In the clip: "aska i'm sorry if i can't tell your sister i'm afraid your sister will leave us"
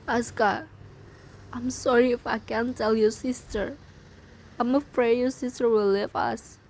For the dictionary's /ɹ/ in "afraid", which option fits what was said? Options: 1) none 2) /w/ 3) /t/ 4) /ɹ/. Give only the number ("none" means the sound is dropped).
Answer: 4